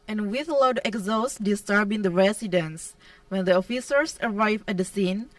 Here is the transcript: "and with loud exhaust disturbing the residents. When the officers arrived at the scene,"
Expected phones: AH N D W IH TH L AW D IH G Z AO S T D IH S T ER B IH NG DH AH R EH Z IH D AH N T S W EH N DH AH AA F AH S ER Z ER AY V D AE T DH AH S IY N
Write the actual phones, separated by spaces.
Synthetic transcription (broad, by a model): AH N W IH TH L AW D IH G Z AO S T D IH S T ER B IH NG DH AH R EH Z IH D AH N S W EH N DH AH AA F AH S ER S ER AY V AE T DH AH S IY N